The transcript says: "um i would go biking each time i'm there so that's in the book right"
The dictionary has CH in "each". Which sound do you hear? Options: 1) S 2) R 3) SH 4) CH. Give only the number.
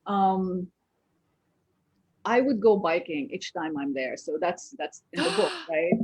4